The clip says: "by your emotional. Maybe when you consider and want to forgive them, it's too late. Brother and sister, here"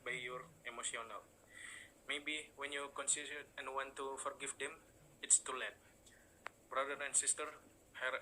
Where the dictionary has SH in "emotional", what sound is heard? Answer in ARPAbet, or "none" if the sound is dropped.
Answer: S